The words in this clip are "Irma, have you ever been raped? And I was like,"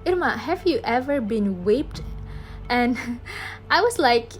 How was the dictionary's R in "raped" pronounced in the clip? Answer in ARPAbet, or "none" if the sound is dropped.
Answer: W